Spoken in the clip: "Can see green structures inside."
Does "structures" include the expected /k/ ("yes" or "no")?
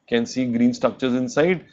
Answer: yes